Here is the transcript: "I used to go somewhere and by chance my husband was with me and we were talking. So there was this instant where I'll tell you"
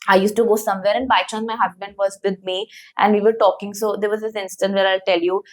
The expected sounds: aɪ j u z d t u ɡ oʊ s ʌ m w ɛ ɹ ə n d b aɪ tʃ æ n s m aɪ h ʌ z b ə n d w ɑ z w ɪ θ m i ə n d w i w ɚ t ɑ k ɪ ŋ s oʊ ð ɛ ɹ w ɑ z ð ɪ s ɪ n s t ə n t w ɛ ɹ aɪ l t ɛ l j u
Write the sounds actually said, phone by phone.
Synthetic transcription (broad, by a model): aɪ j u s t u ɡ oʊ s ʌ m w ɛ ɹ ə n d b aɪ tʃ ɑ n m aɪ h ʌ z b ə n d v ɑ z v ɪ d m i ə n d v i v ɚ t ɑ k ɪ ŋ s oʊ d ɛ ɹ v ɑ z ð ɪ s ɪ n s t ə n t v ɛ ɹ aɪ l t ɛ l j u